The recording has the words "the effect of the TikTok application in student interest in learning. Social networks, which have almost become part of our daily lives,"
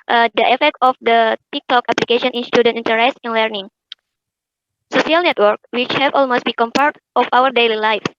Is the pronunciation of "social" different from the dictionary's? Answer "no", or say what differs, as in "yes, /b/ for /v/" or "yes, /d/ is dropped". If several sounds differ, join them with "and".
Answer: yes, /s/ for /ʃ/